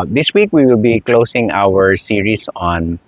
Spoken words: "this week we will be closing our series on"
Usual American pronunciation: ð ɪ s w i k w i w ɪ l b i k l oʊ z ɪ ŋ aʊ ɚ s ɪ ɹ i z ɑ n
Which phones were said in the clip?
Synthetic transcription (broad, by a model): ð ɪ s w i k w i w ɪ l b i k l oʊ s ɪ ŋ aʊ ɚ s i ɹ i s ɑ n